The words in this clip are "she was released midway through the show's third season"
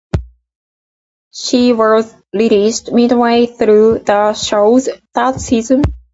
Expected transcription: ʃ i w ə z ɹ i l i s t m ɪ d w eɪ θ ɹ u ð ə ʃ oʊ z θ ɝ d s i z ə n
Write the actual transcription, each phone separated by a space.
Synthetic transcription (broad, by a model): ʃ i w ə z l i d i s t m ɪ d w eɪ θ ɹ u ð ə ʃ oʊ z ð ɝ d s i z ə n